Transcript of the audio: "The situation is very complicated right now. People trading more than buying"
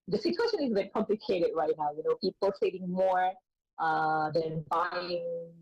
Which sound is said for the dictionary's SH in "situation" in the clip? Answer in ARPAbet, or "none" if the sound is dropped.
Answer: SH